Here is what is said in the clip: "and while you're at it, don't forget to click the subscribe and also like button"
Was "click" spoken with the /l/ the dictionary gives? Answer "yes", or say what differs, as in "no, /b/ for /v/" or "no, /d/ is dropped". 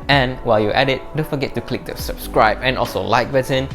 yes